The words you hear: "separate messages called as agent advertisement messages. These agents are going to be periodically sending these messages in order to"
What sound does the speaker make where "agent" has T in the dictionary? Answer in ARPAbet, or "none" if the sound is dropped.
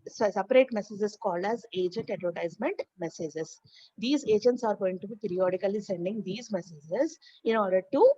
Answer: T